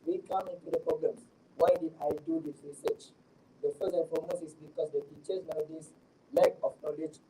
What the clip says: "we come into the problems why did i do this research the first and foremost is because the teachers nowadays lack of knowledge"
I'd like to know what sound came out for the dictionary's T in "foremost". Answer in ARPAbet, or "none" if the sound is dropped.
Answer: none